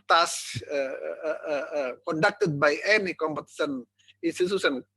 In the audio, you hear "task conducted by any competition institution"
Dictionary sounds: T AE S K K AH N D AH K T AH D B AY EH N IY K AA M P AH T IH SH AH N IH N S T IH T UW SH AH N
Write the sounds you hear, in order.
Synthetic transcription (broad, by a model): T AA S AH K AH N D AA K T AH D B AY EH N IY K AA M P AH T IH S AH N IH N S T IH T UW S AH N